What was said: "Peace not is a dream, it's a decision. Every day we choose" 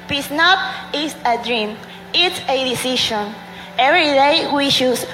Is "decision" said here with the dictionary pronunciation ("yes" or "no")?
no